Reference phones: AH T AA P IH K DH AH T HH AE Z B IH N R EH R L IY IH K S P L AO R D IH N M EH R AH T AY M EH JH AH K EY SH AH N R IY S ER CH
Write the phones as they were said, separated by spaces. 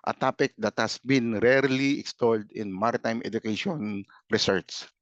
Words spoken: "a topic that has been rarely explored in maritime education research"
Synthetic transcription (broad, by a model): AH T AA P IH K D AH T HH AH S B IH N R EH R L IY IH K S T AO L D IH N M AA R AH T AY M EH JH AH K EY SH AH N R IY S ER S